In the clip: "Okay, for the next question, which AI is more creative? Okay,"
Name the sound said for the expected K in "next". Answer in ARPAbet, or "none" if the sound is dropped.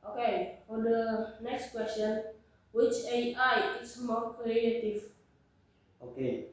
K